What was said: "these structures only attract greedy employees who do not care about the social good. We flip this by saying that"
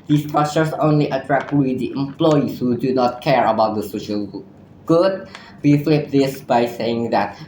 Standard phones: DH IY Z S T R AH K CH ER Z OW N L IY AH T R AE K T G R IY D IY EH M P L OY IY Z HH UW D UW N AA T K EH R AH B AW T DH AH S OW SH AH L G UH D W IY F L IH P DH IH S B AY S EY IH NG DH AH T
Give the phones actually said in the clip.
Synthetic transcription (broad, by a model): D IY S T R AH CH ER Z OW N L IY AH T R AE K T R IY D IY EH M P L OY IY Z HH UW D UW N AA T K EH R AH B AW T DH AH S OW SH AH L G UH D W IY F L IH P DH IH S B AY S EY IH NG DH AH T